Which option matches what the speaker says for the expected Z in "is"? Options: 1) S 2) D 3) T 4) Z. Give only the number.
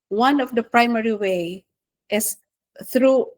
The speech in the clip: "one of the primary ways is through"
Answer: 1